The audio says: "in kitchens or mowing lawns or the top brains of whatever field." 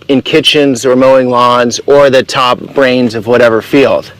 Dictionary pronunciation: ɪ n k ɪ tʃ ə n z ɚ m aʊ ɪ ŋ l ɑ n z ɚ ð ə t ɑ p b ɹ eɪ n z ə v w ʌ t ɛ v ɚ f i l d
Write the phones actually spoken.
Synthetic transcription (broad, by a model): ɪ n k ɪ tʃ ə n z ɚ m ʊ ɪ ŋ l ɑ n z ɚ ð ə t ɑ p b ɹ eɪ n z ə v w ʌ t ɛ v ɚ f i l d